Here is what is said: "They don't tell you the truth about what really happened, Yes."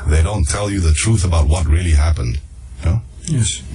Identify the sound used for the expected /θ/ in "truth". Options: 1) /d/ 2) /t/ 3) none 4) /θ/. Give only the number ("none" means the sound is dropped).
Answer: 4